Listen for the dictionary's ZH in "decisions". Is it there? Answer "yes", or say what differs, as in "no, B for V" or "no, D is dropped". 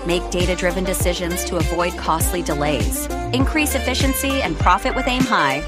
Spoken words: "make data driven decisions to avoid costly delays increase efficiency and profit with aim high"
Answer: yes